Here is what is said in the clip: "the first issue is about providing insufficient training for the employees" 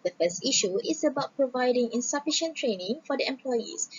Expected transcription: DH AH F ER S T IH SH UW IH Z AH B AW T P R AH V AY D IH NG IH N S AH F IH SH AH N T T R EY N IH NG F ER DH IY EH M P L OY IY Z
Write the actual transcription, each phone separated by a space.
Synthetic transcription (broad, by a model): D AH F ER S T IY SH UW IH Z AH B AW T P R AH V AY D IH NG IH N S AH F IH SH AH N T T R EY N IH NG F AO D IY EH M P L OY IY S